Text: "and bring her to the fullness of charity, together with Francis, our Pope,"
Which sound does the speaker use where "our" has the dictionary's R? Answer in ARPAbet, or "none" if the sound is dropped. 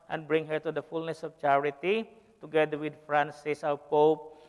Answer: L